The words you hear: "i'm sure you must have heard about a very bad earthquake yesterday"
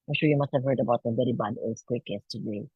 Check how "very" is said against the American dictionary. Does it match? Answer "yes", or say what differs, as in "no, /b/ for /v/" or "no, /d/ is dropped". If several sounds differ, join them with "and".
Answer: no, /b/ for /v/